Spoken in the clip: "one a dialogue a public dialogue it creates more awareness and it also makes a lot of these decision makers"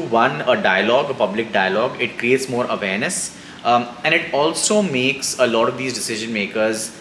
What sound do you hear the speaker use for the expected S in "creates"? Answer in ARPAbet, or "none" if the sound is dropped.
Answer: S